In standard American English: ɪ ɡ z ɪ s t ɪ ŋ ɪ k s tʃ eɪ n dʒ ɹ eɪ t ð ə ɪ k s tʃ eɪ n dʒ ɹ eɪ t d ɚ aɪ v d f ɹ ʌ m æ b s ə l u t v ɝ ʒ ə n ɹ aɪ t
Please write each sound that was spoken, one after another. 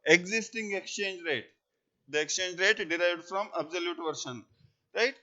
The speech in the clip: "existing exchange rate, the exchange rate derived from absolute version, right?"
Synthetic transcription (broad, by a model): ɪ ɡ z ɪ s t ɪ ŋ ɪ k s tʃ eɪ n dʒ ɹ eɪ t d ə ɪ k s tʃ eɪ n dʒ ɹ eɪ t d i aɪ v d f ɹ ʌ m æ b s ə l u t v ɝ ʃ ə n ɹ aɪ t